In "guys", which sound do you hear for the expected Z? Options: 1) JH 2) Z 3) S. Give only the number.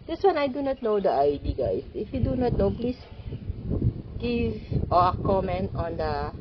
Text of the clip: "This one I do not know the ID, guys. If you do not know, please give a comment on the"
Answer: 3